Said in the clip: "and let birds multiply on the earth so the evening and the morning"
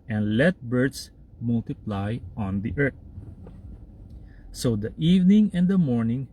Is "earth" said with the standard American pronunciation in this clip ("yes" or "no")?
no